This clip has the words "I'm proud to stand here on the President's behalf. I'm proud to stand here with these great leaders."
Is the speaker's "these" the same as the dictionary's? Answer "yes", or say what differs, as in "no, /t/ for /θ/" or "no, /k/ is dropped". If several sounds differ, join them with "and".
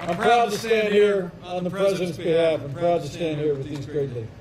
yes